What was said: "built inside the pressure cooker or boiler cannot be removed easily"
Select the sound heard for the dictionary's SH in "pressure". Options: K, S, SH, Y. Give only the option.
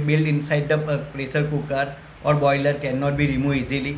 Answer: S